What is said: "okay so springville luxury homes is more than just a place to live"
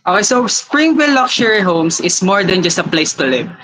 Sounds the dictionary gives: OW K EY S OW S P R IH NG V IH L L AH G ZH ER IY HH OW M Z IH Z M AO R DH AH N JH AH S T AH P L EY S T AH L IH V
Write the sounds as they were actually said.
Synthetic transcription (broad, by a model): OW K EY S OW S P R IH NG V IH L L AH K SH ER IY HH OW M S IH S M AO R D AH N JH AH S T AH P L EY S T AH L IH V